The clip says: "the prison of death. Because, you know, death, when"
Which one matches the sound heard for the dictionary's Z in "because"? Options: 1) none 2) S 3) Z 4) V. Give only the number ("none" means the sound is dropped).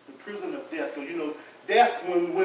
1